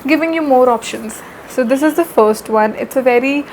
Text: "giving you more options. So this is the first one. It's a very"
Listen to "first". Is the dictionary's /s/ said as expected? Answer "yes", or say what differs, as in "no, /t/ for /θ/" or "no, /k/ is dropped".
yes